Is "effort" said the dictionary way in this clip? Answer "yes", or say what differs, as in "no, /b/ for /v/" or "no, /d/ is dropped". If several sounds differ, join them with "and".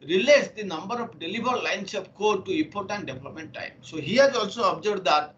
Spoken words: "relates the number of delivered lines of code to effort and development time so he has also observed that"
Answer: no, /p/ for /f/